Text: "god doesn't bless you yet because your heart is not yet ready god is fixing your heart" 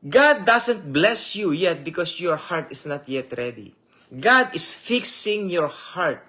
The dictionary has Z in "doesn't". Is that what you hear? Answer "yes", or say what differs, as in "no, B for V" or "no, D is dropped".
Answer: no, S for Z